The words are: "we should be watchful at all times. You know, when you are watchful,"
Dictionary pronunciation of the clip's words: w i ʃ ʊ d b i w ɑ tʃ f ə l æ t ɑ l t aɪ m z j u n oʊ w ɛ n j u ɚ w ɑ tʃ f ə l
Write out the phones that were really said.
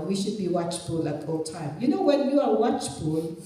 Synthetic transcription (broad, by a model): w i ʃ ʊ d b i w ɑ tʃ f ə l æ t ɑ l t aɪ m j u n oʊ w ɛ n j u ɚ w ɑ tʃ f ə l